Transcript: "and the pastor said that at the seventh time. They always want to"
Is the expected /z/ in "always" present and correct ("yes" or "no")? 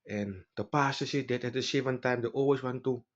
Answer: no